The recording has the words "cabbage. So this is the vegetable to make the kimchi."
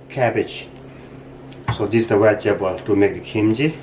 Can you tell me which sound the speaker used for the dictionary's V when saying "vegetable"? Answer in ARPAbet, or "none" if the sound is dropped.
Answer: W